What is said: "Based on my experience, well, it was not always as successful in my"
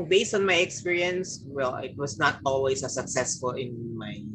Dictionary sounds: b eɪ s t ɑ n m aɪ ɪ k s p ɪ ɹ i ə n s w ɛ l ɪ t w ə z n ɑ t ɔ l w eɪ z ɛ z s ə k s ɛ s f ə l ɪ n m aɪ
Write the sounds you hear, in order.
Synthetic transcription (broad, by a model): b eɪ s t ɑ n m aɪ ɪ k s p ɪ ɹ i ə n s w ɛ l ɪ t w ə s n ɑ t ɔ l w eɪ s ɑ s ə k s ɛ s f ə l ɪ n m aɪ